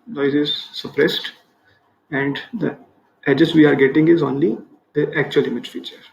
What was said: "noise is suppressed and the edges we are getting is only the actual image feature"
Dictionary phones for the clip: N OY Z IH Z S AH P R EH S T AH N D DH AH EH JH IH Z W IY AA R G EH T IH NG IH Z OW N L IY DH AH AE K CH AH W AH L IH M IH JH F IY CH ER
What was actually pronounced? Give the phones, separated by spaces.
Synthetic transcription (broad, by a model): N OY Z IH Z S AH P R EH S T AH N D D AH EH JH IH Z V IY AA R G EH T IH NG IH Z OW N L IY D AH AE K CH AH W AH L IH M IH JH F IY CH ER